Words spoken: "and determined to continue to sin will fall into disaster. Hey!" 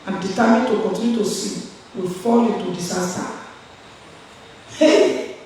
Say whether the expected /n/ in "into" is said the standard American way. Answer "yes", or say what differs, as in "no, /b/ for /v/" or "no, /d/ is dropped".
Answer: no, /n/ is dropped